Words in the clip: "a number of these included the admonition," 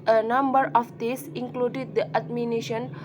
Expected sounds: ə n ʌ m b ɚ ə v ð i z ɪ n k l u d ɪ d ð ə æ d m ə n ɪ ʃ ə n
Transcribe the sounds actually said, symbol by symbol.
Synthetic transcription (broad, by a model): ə n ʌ m b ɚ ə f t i s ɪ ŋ k l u d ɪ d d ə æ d m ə n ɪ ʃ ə n